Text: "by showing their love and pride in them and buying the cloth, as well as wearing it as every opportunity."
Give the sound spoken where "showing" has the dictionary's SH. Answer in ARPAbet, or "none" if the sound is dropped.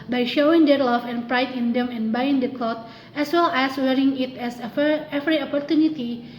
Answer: SH